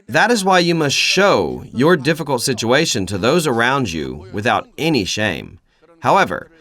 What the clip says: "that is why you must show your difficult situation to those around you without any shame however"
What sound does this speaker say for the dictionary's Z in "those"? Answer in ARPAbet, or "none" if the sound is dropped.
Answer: Z